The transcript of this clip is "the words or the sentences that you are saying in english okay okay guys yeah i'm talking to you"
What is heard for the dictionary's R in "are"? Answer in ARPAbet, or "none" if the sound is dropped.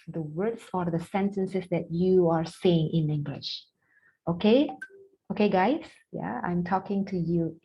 R